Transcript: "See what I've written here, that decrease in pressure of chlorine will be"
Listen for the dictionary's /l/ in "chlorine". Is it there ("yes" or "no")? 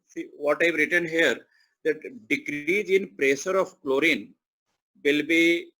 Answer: yes